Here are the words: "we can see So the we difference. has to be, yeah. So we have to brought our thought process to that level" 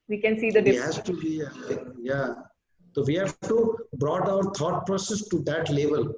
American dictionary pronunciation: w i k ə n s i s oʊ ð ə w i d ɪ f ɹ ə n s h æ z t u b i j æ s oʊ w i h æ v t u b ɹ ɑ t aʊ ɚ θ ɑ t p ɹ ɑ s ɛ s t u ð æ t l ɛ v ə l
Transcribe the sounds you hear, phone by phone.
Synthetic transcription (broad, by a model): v i k ə n s i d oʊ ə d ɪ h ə s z t u b i j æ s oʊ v i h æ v t u b ɹ ɑ t aʊ ɚ t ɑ t p ɹ ɑ s ɛ s t u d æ t l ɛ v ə l